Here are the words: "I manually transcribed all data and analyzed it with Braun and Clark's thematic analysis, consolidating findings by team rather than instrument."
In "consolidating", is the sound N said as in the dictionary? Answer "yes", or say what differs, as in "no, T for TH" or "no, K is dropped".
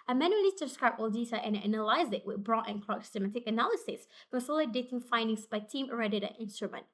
no, N is dropped